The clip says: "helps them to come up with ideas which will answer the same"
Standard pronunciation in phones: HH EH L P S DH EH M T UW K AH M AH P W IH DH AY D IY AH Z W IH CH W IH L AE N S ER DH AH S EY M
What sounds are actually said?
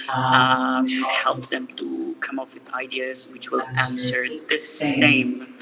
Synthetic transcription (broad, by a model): HH EH L P DH EH M T UW K AH M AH F W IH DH AY D IY AH Z W IH CH W IH L AE N S ER DH AH S EY M